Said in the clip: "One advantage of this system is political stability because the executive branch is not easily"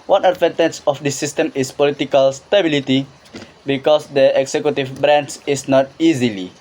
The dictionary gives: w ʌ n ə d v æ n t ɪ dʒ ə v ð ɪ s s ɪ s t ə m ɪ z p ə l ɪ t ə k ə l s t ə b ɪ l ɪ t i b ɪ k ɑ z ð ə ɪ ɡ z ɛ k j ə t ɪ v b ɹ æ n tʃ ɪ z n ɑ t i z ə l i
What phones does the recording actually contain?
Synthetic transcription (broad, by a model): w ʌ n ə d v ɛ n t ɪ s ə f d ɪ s s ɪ s t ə m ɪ s p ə l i t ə k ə l s t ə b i l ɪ t i b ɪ k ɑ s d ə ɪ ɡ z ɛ k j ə t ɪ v b ɹ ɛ n s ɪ s n ɑ t i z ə l i